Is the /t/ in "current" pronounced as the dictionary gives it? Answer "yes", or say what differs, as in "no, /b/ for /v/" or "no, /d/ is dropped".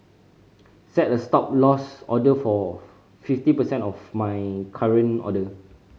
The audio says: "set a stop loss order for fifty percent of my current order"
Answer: no, /t/ is dropped